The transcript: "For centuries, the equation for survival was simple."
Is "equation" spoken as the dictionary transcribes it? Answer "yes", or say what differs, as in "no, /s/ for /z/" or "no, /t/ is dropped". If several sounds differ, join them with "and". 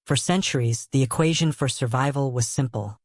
yes